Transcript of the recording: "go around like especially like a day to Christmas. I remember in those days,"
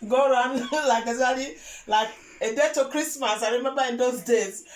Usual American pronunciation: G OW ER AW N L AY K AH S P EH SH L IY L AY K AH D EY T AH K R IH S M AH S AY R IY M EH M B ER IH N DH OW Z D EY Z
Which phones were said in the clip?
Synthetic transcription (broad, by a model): G OW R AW N L AY K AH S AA L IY L AY K AH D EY T AH K R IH S M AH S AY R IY M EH M B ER IH N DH OW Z D EY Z